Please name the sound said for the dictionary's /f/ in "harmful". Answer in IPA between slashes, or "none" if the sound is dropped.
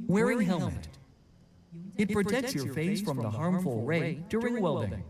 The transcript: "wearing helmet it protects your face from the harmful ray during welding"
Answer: /f/